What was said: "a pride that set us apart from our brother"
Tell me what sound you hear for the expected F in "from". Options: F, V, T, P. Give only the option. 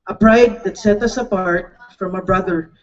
F